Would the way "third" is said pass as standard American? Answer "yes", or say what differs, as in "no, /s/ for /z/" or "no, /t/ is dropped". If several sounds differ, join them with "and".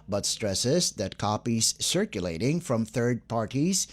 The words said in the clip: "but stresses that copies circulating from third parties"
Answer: yes